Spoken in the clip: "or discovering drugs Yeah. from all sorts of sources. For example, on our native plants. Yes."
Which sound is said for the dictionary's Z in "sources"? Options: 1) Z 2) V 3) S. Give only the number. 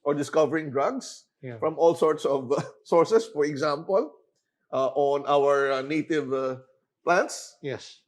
3